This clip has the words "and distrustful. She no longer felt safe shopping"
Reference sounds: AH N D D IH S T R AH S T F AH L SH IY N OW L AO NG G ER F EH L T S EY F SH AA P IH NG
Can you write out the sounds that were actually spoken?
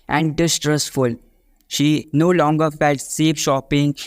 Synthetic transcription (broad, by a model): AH N D D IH S T R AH S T F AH L SH IY N OW L AO NG G ER F EH L T S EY P SH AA P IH NG